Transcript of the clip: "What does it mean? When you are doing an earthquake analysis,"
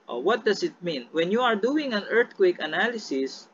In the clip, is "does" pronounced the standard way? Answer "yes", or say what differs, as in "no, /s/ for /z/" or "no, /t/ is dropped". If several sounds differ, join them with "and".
no, /s/ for /z/